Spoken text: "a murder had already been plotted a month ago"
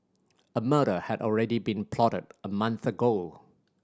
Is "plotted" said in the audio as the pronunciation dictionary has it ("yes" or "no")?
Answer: yes